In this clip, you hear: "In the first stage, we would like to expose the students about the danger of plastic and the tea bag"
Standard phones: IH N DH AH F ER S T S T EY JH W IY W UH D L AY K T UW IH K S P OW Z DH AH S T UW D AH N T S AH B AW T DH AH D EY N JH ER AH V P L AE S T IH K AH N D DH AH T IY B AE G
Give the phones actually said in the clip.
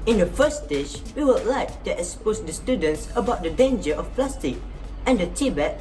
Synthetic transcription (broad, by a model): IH N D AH F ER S S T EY SH W IY W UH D L AY K T UW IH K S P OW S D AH S T UW D AH N T S AH B AW T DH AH D EY N JH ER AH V P L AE S T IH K AH N D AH T IY B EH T